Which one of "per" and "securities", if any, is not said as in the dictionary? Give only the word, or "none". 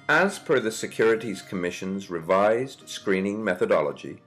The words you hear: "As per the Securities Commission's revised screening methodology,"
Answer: per